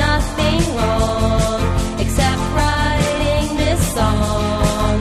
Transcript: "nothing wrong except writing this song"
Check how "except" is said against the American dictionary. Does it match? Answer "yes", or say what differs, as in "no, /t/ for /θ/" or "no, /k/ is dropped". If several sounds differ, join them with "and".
yes